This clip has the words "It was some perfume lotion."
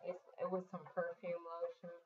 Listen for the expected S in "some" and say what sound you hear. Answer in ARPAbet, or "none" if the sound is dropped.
S